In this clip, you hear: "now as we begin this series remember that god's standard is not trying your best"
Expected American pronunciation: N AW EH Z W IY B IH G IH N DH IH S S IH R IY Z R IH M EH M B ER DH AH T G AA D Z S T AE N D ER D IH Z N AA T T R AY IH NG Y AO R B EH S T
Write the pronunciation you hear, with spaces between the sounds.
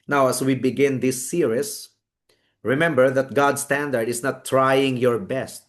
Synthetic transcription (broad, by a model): N AW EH S W IY B IH G IH N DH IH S S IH R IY S R IH M EH M B ER DH AH T G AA D S T AE N D ER D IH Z N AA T T R AY IH NG Y AO R B EH S T